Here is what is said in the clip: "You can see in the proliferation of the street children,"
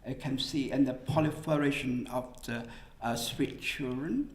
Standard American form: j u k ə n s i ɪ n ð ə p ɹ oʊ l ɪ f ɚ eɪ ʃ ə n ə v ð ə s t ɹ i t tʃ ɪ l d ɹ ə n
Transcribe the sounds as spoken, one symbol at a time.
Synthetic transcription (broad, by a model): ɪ k ə n s i ɪ n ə p oʊ l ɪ f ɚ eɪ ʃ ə n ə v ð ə s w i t tʃ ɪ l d ɹ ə n